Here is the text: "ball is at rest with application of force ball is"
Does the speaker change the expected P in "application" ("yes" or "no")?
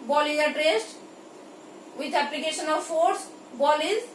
no